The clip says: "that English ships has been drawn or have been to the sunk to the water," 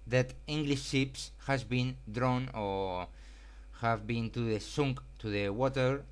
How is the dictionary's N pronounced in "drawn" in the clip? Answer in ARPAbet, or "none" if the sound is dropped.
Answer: N